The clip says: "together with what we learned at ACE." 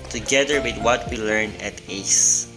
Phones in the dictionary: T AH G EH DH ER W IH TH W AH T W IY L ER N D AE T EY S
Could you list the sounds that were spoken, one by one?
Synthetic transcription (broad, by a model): T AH G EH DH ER W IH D W AH T W IY L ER N AE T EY S